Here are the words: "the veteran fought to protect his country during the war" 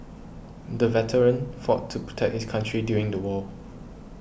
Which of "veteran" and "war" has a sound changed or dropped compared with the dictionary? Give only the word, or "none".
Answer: war